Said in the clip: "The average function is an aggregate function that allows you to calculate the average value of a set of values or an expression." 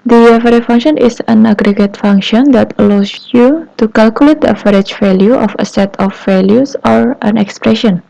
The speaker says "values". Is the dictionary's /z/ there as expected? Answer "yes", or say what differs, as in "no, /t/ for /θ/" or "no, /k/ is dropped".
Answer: no, /s/ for /z/